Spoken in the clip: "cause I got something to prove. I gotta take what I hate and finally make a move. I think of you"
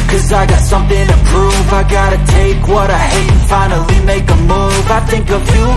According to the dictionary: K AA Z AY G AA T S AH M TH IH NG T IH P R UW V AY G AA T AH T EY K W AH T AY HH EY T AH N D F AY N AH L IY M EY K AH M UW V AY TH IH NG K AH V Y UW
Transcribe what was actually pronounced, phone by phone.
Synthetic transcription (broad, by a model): K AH Z AY G AA T S AH M TH IH NG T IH P R UW V AY G AA T AH T EY K W AH T AY HH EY AH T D F AY N L IY M EY K AH M UW V AY TH IH NG K AH V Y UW